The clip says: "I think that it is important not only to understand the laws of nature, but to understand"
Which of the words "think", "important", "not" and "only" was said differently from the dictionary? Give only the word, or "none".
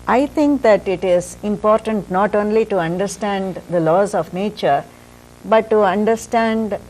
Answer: think